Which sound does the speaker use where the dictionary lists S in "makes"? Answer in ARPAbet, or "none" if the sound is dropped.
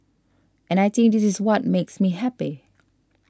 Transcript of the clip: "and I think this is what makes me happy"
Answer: S